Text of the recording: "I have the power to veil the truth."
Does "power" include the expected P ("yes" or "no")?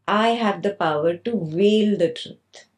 yes